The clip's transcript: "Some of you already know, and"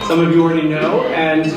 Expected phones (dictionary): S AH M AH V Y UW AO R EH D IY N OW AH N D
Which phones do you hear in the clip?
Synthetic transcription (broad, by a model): S AH M AH V Y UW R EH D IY N OW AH N